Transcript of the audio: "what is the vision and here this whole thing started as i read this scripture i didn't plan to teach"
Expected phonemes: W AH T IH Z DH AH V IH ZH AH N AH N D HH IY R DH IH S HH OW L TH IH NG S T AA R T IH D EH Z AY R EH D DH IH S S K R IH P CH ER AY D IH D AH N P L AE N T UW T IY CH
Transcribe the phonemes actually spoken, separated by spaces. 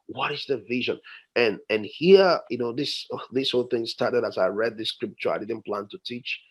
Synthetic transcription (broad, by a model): W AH T IH Z DH AH V IH ZH AH N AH N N HH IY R DH IH S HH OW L TH IH NG S T AA R T IH D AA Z AY R EH D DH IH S S K R IH P CH ER AY D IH D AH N P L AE N T UW T IY CH